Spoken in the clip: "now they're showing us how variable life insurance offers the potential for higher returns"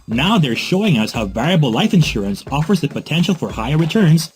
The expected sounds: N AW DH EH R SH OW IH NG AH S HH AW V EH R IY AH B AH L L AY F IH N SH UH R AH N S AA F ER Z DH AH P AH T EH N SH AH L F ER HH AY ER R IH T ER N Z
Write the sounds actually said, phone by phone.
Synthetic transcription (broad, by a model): N AW DH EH R SH OW IH NG AH S HH AW V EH R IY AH B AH L L AY F IH N SH UH R AH N S AA F ER Z DH AH P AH T EH N SH L F ER HH AY ER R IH T ER N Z